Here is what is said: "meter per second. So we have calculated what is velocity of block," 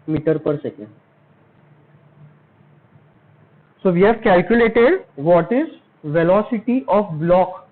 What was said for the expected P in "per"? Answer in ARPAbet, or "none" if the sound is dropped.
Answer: P